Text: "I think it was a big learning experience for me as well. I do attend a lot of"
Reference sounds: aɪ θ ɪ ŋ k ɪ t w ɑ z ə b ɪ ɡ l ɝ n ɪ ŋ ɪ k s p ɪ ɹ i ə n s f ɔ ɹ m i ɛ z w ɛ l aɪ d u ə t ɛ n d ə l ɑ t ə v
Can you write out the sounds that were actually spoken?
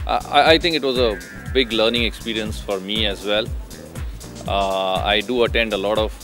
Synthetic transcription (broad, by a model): aɪ t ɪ ŋ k ɪ t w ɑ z ə b ɪ ɡ l ɝ n ɪ ŋ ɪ k s p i ɹ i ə n s f ɔ ɹ m i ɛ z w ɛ l aɪ d u ə t ɛ n d ə l ɑ t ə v